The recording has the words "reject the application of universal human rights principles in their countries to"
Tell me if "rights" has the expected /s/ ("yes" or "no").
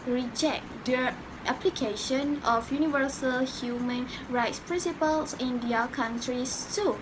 yes